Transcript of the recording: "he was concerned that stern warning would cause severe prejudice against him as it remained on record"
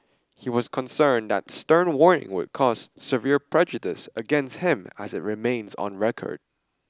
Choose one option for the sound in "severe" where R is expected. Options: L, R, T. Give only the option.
R